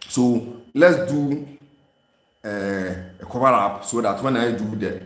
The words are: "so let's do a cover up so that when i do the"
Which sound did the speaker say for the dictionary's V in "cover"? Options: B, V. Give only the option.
B